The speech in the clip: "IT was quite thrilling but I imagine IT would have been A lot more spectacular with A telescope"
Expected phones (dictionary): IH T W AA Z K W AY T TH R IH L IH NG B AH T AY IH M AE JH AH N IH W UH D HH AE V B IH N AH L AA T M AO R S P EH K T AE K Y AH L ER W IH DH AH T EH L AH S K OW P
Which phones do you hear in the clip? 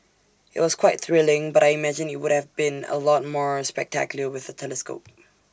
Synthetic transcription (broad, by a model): IH T W AA Z K W AY T TH R IH L IH NG B AH T AY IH M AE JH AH N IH W UH D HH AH V B IH N AH L AA T M AO R S P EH K T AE K Y L ER W IH DH AH T EH L AH S K OW P